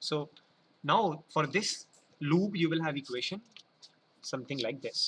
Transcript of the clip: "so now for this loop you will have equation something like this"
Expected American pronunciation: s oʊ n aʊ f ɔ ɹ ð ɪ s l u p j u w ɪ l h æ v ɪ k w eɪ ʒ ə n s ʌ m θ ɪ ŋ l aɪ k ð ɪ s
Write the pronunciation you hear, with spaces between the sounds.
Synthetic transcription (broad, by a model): s oʊ n aʊ f ɔ ɹ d ɪ s l u b j u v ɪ l h æ v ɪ k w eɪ ʃ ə n s ʌ m t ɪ ŋ l aɪ k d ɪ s